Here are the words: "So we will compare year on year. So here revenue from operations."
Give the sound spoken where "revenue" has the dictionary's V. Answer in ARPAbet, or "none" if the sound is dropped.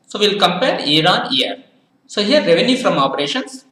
V